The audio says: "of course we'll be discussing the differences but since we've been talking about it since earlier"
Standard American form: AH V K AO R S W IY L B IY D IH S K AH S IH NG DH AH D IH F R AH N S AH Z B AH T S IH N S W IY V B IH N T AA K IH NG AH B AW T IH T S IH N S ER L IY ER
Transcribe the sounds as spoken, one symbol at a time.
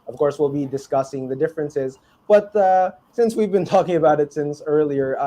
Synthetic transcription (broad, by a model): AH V K AO R S W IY L B IY D IH S K AH S IH NG DH AH D IH F R AH N S AH Z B AH T S IH N S W IY V B IH N T AA K IH NG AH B AW T IH T S IH N S ER L IY ER